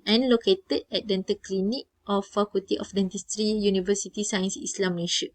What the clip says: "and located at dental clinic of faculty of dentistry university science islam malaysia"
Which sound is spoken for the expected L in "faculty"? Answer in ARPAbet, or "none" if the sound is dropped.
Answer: none